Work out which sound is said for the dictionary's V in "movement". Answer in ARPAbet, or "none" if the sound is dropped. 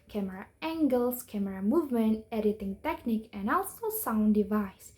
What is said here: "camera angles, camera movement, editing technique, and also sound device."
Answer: V